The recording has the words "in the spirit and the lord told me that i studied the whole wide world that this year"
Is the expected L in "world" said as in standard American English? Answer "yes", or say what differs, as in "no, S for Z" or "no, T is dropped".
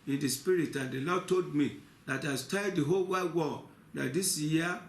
no, L is dropped